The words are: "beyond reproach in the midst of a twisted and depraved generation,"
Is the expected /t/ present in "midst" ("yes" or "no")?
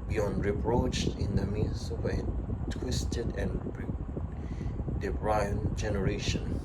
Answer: no